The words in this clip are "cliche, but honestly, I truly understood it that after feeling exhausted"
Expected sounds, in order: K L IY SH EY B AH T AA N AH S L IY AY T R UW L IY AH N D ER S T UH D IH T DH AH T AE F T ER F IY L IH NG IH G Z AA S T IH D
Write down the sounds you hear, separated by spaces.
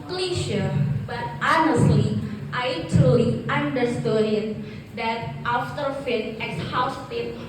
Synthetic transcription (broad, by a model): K L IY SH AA B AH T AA N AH S L IY AY T R UW L IY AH N D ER S T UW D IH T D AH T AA F T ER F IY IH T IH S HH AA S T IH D